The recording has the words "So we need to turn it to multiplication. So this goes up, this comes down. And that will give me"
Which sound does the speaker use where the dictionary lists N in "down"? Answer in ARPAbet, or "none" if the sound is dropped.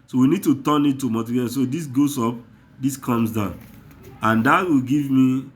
N